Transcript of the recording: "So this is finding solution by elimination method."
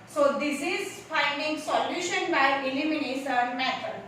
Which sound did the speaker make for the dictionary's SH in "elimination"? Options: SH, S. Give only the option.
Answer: S